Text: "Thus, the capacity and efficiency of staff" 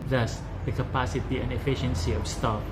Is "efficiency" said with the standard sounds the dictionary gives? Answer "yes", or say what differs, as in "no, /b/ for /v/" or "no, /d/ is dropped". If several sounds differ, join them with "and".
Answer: yes